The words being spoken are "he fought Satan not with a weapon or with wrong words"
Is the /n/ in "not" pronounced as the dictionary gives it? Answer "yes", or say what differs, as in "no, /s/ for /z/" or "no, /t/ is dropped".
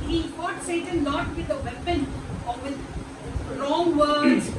no, /l/ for /n/